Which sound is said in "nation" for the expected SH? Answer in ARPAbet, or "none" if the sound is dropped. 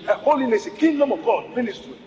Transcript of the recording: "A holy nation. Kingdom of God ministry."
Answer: S